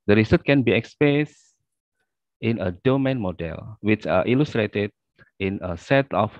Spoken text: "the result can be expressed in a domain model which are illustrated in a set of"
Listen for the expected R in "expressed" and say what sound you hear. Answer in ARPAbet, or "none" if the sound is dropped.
none